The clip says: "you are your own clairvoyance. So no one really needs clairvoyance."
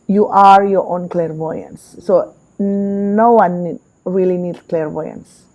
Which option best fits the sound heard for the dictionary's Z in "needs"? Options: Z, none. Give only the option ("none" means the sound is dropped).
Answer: none